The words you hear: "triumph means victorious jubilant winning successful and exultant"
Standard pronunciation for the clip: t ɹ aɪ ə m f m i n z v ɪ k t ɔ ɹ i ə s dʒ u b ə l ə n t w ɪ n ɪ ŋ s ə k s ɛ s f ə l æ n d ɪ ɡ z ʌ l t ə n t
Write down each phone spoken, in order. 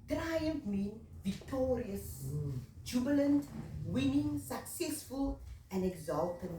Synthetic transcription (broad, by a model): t ɹ aɪ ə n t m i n v ɪ k t ɔ ɹ i ə s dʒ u b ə l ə n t w ɪ n ɪ ŋ s ə k s ɛ s f ə l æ n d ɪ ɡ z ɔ l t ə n